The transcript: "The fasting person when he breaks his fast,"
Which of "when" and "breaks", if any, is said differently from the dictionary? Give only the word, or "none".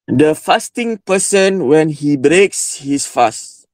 none